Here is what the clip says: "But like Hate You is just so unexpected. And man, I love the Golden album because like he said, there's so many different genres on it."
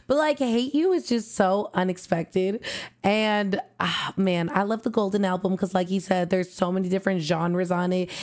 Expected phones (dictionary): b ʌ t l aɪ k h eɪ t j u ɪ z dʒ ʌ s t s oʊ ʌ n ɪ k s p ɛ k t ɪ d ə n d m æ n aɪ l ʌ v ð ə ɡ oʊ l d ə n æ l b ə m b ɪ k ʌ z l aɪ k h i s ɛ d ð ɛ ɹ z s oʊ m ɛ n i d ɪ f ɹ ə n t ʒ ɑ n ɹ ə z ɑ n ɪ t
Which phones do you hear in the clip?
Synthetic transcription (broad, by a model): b ʌ t l aɪ k h eɪ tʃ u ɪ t dʒ ʌ s t s oʊ ʌ n ɪ k s p ɛ k t ɪ d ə n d m æ n aɪ l ʌ v ð ə ɡ oʊ l d n æ l b ə m k ʌ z l aɪ k h i s ɛ d ð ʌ ɹ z s oʊ m ɛ n i d ɪ f ɹ ə n t ʒ ɑ n ɹ ə z n ɪ t